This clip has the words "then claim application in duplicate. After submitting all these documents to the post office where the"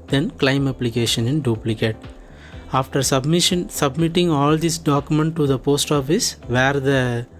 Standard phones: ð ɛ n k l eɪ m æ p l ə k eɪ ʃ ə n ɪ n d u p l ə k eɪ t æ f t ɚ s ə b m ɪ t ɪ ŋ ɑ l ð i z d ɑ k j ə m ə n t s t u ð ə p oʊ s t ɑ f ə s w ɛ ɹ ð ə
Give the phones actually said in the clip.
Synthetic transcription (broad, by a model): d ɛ n k l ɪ m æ p l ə k eɪ ʃ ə n ɪ n d u p l ə k eɪ t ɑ f t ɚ s ə b m ɪ t ɪ ŋ ɑ l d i s d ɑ k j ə m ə n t t u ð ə p oʊ s t ɑ f ə s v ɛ ɹ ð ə